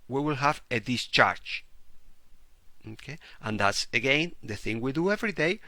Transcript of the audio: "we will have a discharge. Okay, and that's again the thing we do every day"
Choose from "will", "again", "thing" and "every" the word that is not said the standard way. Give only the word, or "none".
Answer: none